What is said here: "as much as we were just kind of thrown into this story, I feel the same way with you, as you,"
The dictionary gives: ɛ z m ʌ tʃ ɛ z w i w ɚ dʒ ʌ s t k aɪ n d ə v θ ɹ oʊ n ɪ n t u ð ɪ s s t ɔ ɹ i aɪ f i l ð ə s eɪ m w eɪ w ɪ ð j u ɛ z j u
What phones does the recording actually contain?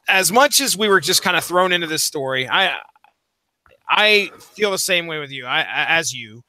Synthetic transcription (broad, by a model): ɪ z m ʌ tʃ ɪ z w i w ɚ dʒ ʌ s k aɪ n d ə θ ɹ oʊ n ɪ n t u ð ɪ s s t ɔ ɹ i aɪ f i l ð ə s eɪ m w eɪ w ɪ ð j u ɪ z j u